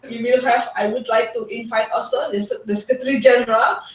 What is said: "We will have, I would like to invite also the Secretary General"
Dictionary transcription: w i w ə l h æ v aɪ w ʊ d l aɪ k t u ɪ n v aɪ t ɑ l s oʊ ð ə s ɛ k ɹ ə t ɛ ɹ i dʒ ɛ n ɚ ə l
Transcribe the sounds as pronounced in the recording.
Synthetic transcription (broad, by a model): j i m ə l h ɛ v aɪ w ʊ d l aɪ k t u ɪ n f aɪ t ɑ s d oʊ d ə s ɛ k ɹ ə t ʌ ɹ i dʒ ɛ n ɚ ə l